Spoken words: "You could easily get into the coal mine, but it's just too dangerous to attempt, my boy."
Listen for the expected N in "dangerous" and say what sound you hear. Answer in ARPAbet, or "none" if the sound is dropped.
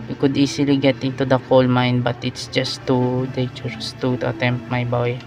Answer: none